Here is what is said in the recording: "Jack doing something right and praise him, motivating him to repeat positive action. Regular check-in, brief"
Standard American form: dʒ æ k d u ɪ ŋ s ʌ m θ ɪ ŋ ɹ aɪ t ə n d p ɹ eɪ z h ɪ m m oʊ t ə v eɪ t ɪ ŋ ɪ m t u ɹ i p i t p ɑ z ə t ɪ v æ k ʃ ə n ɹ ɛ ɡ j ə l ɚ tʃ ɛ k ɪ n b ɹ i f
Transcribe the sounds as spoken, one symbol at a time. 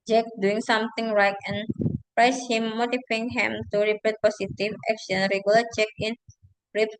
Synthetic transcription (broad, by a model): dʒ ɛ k d u ɪ ŋ s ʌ m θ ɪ ŋ ɹ aɪ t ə n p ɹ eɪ s h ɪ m m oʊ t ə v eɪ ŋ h ɪ m t u ɹ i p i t p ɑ s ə t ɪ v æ k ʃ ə n ɹ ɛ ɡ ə l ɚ tʃ ɛ k ɪ n ɹ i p